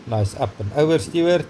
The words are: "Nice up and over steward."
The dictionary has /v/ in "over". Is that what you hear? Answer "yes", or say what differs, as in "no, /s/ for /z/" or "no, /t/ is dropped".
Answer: no, /v/ is dropped